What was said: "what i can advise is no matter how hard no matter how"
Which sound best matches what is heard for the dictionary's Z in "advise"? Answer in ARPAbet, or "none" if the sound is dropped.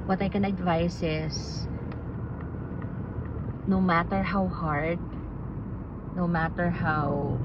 S